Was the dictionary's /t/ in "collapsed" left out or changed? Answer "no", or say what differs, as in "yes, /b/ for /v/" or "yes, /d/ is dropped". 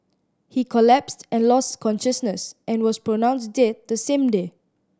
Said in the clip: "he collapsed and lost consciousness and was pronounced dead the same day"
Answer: no